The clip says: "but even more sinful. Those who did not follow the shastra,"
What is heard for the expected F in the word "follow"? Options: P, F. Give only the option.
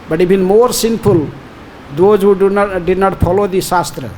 P